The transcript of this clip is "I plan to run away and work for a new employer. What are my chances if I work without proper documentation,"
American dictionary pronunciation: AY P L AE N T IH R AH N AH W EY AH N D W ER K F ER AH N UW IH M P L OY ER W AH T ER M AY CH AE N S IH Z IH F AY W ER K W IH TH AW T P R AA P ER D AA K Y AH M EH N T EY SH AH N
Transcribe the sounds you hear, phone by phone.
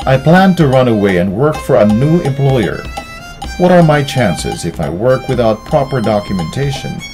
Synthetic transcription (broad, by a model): AY P L AE N T IH R AH N AH W EY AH N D W ER K F ER AH N UW IH M P L OY ER W AH T ER M AY CH AE N S IH Z IH F AY W ER K W IH TH AW T P R AA P ER D AA K Y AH M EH N T EY SH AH N